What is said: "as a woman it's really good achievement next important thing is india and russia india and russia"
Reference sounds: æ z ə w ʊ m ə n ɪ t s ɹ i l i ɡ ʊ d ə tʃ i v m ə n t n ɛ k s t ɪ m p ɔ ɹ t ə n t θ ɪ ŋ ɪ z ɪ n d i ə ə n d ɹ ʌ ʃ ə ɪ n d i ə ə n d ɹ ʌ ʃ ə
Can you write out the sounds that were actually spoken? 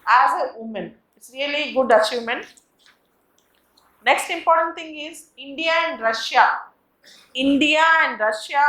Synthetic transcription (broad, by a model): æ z ə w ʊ m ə n ɪ t s ɹ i l i ɡ ʊ d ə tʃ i m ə n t n ɛ k s t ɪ m p ɔ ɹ t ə n t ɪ ŋ ɪ z ɪ n d i ə ə n d ɹ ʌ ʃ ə ɪ n d i ə ə n d ɹ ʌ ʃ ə